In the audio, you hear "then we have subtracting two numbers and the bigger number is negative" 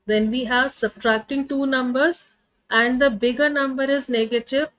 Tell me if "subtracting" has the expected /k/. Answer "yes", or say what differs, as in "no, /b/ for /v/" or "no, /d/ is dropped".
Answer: yes